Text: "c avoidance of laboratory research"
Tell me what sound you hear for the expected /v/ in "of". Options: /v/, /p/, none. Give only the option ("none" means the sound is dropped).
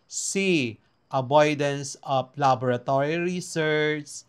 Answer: /p/